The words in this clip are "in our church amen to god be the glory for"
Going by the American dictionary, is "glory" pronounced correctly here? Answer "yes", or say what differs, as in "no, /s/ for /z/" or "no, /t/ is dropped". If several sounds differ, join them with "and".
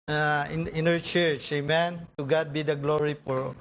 yes